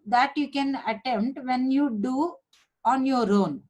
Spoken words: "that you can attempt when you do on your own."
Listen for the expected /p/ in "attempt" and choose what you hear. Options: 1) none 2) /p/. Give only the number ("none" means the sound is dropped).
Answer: 1